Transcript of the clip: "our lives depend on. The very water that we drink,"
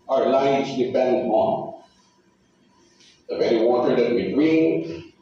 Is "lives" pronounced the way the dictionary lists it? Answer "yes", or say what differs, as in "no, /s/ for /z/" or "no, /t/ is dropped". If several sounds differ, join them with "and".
no, /n/ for /l/